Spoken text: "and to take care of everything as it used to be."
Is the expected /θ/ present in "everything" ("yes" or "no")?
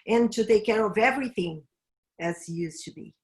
yes